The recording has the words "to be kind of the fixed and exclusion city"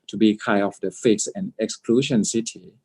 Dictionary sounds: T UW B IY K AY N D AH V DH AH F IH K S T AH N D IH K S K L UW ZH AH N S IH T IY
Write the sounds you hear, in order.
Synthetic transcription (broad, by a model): T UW B IY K AY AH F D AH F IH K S AH N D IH K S K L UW SH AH N S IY T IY